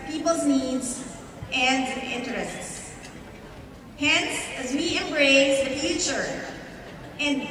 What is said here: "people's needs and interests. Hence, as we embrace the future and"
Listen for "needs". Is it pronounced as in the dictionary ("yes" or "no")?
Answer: yes